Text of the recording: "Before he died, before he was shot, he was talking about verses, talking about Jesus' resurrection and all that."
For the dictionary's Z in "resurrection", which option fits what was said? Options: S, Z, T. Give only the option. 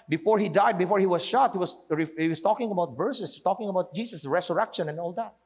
S